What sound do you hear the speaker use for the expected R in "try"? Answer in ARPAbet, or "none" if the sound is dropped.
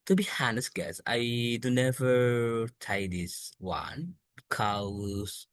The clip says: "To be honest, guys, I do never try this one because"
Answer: none